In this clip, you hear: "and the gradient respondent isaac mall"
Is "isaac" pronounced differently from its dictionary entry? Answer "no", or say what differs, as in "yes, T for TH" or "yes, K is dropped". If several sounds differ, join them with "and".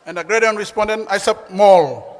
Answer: yes, S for Z